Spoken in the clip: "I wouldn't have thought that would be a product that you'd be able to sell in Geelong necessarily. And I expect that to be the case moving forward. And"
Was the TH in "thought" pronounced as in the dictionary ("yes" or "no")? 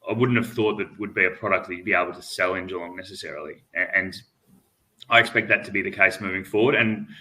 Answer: yes